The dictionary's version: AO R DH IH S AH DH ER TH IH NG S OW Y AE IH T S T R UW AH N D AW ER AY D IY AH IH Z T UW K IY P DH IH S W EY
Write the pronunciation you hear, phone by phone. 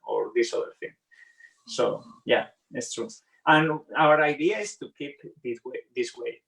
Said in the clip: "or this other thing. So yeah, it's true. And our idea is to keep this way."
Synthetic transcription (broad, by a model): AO R DH IH S AH DH ER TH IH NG S OW Y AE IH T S T R UW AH N AW ER AY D IY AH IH S T UW K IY P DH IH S W EY